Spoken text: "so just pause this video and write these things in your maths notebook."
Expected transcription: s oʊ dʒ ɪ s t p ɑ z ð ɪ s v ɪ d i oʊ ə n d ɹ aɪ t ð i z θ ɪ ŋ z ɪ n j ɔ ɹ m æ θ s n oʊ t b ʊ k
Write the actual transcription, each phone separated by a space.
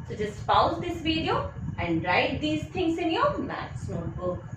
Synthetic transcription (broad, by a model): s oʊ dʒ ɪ s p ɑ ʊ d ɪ s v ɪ d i oʊ ə n d ɹ aɪ t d i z t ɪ ŋ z ɪ n j ɔ ɹ m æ t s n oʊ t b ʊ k